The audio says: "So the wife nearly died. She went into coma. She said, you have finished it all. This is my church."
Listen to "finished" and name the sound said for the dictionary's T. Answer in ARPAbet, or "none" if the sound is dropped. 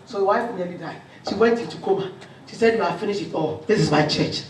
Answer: none